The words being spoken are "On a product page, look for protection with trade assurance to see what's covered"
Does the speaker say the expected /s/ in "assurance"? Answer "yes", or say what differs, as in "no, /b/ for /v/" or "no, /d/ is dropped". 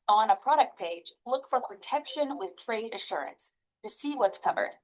yes